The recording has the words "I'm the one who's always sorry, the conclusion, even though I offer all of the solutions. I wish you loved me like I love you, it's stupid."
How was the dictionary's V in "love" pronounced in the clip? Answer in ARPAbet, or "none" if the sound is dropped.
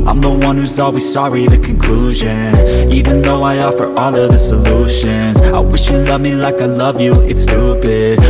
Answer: V